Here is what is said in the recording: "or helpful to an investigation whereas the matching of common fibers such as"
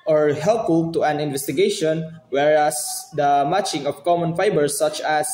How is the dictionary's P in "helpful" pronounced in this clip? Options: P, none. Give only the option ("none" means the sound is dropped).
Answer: none